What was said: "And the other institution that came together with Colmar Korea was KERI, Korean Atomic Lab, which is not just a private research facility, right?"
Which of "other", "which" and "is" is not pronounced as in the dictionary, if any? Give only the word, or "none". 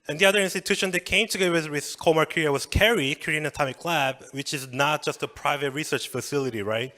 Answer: none